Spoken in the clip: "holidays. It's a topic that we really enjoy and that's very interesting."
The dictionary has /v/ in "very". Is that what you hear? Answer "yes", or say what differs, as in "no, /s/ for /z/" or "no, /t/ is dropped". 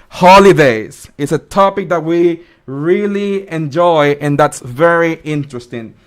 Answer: yes